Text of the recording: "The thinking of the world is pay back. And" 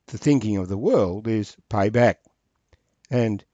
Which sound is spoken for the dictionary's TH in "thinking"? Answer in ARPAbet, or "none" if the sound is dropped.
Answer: TH